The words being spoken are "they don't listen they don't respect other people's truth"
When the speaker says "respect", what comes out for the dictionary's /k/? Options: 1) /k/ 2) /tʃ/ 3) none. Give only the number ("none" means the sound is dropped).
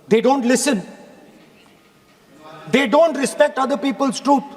1